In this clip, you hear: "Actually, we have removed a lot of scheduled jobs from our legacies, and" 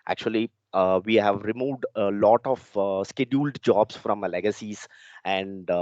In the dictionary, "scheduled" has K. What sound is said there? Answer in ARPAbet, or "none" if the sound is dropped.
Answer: K